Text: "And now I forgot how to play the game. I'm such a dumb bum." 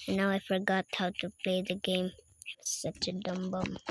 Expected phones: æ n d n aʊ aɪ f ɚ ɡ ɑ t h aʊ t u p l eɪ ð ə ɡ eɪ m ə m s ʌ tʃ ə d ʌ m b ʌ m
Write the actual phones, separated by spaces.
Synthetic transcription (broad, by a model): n n aʊ aɪ f ɚ ɡ ɑ t h aʊ t u p l eɪ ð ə ɡ eɪ ə m s ʌ tʃ ə d ʌ m b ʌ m